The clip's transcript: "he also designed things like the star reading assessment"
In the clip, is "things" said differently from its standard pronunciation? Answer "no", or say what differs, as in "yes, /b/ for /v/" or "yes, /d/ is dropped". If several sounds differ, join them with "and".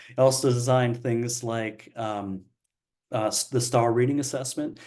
no